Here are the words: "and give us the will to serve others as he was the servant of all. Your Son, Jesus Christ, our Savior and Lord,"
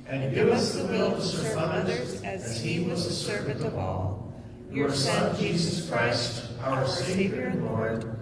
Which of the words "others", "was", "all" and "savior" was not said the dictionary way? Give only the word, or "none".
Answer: others